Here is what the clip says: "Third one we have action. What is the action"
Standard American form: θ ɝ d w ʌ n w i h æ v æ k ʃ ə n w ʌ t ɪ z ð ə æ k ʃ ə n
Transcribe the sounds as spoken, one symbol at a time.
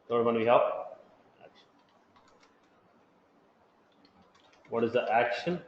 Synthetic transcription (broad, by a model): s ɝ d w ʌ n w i h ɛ p æ k ʃ ə n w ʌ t ɪ z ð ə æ k ʃ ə n